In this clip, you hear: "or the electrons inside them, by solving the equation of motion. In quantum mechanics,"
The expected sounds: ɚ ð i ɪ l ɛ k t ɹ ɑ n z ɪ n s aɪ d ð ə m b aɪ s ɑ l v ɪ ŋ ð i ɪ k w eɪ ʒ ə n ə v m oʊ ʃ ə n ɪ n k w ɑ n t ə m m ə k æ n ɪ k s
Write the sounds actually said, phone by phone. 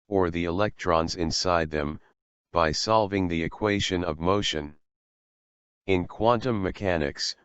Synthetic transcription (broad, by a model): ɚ ð i ɪ l ɛ k t ɹ ɑ n z ɪ n s aɪ d ð ə m b aɪ s ɑ l v ɪ ŋ ð i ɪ k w eɪ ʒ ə n ə v m oʊ ʃ ə n ɪ n k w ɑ n t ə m m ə k æ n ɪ k s